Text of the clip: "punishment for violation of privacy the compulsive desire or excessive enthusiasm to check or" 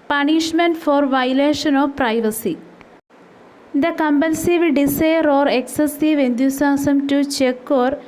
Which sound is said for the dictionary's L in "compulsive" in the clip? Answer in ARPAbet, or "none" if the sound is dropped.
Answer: N